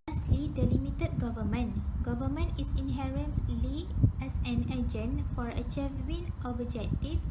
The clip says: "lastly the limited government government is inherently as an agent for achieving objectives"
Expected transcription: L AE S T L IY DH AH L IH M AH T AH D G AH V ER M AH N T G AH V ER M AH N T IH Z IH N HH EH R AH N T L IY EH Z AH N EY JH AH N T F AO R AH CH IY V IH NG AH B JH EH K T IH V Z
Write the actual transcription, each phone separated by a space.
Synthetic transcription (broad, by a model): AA S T L IY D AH L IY M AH T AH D G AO V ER M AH N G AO V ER M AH N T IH S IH N HH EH R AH N S L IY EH S AH N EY JH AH N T F AO R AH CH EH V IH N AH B JH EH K T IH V